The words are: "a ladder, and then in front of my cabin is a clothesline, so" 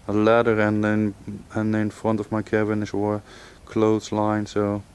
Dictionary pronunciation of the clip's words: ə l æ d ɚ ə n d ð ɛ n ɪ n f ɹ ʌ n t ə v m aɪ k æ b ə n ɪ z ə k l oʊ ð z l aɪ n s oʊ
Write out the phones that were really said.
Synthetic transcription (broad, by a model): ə l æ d ɚ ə n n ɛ n ɪ n f ɹ ʌ n t ə v m aɪ k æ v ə n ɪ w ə k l oʊ z l aɪ n s oʊ